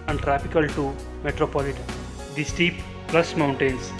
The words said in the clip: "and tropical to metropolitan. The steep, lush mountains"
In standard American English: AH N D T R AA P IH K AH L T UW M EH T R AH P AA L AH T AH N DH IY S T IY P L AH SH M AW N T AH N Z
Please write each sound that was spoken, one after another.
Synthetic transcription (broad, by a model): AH N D T R AA P IH K AH L T UW M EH T R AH P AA L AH T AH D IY S T IY P L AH S M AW N T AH N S